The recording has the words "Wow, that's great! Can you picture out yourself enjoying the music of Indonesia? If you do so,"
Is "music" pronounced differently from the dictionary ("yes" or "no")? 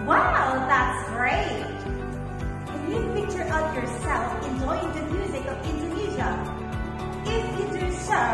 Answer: no